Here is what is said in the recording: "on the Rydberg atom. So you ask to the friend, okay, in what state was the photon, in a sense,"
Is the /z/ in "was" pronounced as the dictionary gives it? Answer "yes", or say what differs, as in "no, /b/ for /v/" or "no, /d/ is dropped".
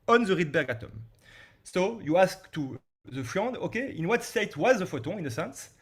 yes